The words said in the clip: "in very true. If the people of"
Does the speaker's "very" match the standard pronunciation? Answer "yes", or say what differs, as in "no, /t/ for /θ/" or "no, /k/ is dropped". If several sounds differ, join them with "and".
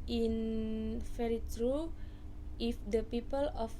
no, /f/ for /v/